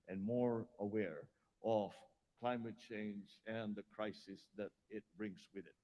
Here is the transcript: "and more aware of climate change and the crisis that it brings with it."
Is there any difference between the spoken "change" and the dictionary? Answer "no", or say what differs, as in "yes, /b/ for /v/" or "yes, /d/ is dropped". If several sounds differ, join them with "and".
no